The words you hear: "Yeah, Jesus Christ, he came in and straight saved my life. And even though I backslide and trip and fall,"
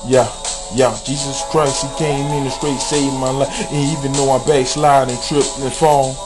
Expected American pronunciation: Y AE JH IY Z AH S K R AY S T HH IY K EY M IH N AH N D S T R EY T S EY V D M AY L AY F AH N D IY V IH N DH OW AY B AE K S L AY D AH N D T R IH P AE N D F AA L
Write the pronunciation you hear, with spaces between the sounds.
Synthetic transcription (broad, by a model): Y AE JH IY Z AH S K R AY S T HH IY K EY M IH N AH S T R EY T S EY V M AY L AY AH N IY V IH N DH OW AY B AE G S L AY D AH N T R IH P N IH F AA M